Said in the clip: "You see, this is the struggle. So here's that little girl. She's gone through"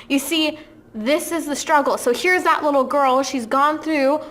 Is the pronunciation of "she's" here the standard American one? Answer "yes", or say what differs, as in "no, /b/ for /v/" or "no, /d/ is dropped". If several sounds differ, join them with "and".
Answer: yes